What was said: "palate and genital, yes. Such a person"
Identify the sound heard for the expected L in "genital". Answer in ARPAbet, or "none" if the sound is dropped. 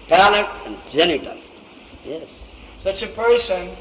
N